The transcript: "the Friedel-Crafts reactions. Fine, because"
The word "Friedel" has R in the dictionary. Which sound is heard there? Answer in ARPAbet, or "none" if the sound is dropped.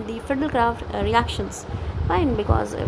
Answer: none